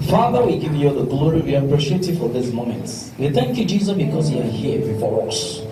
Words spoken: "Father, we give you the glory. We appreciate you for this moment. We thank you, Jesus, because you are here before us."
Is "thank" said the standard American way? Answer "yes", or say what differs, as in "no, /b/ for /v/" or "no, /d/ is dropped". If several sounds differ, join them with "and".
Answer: yes